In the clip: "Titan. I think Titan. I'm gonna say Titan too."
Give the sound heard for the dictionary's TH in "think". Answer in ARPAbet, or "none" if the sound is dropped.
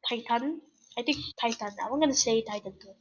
T